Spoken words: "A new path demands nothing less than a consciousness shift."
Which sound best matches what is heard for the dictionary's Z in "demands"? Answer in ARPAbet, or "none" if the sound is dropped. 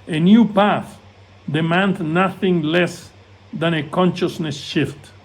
none